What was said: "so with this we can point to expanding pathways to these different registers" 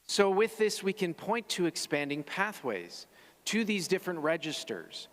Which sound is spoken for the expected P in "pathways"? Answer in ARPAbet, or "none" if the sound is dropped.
P